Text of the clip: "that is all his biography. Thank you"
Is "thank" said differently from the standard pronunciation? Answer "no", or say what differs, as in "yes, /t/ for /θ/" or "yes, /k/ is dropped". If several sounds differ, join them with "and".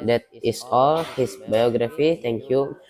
yes, /t/ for /θ/